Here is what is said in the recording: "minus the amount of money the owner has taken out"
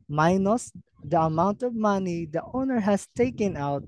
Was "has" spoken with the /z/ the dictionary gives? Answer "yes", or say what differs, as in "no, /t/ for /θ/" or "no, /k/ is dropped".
no, /s/ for /z/